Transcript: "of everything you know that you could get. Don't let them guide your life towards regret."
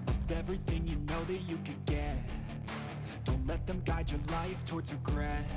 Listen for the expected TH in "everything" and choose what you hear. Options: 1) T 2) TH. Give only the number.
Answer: 2